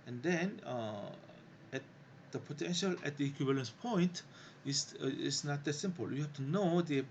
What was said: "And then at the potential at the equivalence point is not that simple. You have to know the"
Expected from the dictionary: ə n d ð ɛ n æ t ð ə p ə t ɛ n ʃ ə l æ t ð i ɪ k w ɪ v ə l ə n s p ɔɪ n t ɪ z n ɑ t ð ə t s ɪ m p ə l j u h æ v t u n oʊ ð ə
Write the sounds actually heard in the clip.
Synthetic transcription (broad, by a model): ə n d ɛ n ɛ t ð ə p ə t ɛ n ʃ ə l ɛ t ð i k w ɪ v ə l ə n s p ɔɪ n t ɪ s n ɑ t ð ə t s ɪ m p ə l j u h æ f t u n oʊ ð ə